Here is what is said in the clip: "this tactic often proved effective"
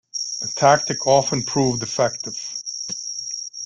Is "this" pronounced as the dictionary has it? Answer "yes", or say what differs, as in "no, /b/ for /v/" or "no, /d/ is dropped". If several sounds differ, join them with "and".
no, /s/ is dropped